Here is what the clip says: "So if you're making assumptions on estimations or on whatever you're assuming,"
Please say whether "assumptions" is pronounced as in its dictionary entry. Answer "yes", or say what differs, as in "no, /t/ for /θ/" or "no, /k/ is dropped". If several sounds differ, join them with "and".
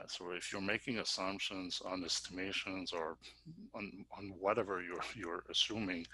yes